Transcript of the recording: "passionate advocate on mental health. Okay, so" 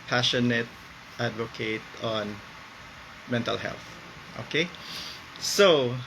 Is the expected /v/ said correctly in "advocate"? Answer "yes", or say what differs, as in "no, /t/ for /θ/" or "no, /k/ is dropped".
yes